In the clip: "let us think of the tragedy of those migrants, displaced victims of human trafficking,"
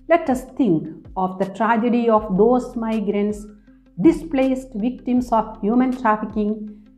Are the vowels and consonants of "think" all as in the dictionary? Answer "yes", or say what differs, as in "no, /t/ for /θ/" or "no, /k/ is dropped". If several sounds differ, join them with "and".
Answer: no, /t/ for /θ/